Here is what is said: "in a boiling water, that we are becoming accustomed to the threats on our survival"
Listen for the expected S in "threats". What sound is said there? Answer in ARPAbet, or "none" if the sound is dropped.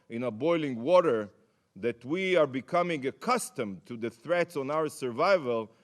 S